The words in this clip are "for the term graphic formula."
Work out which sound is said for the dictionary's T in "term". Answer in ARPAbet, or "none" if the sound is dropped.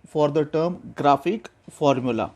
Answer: T